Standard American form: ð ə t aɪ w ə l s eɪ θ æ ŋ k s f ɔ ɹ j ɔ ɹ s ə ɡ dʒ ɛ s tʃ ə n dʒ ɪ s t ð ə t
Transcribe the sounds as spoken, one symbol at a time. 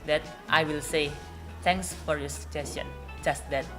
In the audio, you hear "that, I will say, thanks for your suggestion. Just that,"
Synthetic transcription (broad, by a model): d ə t aɪ w ə l s eɪ t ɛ ŋ k s f ɔ ɹ j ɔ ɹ s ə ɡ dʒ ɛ s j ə n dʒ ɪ s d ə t